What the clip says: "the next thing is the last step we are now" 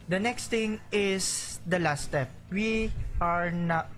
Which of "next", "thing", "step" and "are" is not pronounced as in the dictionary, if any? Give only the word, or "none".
thing